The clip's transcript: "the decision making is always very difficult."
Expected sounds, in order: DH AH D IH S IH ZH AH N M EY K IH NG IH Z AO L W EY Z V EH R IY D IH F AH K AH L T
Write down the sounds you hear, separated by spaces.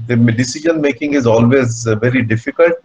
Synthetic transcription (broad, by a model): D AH D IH S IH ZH AH N M EY K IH NG IH Z AO L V EY Z V EH R IY D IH F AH K AH L T